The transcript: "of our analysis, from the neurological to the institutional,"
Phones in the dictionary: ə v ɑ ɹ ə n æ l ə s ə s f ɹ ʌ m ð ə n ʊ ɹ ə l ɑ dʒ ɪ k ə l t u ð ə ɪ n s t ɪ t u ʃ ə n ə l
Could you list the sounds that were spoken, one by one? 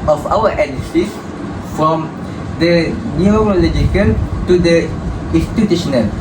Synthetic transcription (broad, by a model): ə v ɑ w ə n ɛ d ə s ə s f ɹ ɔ m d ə n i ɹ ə l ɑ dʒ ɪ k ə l t u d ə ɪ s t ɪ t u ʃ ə n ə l